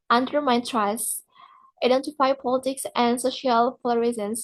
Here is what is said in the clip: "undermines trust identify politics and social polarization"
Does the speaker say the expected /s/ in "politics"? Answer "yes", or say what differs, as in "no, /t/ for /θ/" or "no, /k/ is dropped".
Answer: yes